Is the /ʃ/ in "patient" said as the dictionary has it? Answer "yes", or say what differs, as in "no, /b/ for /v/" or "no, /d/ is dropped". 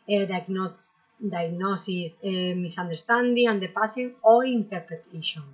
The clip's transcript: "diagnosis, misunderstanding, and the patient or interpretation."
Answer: no, /s/ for /ʃ/